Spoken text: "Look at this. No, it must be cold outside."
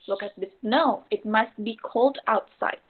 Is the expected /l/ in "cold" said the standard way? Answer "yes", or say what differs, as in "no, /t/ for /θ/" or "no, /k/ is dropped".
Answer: yes